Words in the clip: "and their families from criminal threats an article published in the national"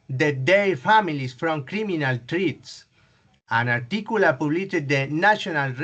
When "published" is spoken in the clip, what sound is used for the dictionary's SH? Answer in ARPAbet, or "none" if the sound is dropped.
none